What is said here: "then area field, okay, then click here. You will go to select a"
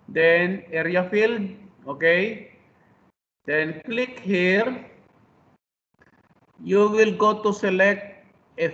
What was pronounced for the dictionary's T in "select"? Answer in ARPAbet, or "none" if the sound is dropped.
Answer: T